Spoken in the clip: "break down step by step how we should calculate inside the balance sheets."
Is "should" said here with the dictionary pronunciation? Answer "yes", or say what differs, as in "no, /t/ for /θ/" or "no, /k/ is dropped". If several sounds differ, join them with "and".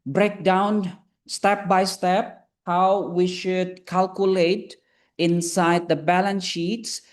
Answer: yes